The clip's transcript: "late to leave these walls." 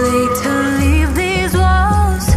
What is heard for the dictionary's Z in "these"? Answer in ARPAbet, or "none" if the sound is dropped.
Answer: Z